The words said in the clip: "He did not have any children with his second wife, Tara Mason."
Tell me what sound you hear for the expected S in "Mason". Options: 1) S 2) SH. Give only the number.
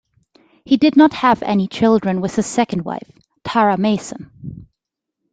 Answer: 1